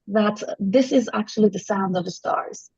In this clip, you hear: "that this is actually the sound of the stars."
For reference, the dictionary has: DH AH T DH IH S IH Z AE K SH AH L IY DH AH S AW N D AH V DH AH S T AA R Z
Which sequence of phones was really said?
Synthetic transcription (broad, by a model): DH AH T DH IH S IH Z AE K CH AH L IY DH AH S AW N D AH V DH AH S T AA R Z